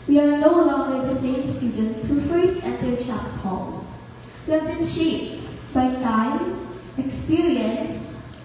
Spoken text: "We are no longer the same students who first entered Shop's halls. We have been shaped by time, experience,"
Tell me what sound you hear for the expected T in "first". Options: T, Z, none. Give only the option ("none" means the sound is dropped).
none